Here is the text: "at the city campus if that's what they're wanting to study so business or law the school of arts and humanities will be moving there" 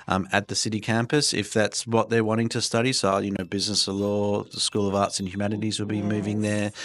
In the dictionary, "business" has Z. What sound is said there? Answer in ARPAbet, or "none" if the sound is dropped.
Z